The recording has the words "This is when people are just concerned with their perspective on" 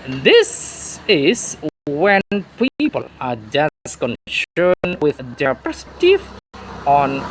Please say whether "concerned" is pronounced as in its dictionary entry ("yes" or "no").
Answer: no